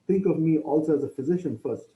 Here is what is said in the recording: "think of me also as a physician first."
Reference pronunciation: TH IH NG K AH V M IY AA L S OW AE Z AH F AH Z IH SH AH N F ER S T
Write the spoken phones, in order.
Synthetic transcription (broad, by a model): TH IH NG K AH V M IY AA L S OW AE Z AH F AH Z IH SH AH N F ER S T